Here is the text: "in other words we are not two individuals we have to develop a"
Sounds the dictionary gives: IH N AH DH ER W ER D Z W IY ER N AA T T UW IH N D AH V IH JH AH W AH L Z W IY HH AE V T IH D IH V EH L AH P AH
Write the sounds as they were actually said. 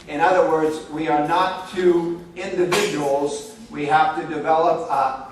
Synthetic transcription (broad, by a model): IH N AH DH ER W ER D Z W IY ER N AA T T UW IH N D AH V IH JH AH W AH L Z W IY HH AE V T IH D IH V EH L AH P